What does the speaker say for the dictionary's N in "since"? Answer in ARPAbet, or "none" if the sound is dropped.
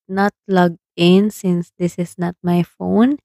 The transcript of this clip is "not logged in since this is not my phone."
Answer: N